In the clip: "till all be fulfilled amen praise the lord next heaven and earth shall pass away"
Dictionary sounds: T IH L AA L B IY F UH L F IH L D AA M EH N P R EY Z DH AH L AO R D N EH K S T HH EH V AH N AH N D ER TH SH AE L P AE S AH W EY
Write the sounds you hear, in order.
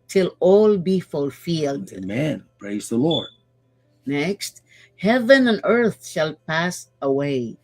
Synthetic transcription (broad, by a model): T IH L AA L B IY F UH L F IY L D M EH N P R EY Z DH AH L AO R D N EH K S T HH EH V AH N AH N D ER TH SH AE L P AE S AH W EY